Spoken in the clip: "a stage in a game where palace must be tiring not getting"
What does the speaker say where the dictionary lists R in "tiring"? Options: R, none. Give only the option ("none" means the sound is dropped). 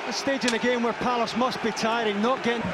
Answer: R